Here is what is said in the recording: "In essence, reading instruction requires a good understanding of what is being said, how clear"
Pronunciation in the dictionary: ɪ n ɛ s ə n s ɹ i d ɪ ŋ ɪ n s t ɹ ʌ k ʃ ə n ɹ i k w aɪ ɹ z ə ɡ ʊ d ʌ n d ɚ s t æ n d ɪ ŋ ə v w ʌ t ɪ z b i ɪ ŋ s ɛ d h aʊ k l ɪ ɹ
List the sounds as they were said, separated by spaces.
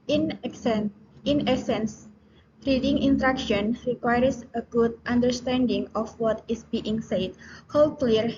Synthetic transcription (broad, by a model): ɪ n ɛ s ə n s ɹ i d ɪ ŋ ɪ n t ɹ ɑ k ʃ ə n ɹ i k w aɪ ɹ s ə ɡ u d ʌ n d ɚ s t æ n d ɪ ŋ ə f w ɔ t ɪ s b i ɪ ŋ s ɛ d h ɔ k l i ɹ